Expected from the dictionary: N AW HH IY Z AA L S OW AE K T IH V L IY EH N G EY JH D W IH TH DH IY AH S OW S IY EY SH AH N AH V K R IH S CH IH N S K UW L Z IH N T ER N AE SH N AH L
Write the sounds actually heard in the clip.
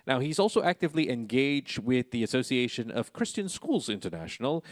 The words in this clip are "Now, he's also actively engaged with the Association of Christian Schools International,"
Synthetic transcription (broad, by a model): N AW HH IY Z AA L S OW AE K T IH V L IY EH N G EY JH D W IH DH IY AH S OW S IY EY SH AH N AH V K R IH S CH IH N S K UW L Z IH N T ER N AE SH N L